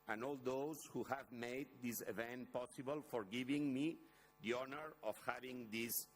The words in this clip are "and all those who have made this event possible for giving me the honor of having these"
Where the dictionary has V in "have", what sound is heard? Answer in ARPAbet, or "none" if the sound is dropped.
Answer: V